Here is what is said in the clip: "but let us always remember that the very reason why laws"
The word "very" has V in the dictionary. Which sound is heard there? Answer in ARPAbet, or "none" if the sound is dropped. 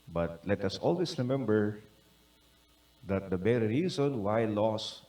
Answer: B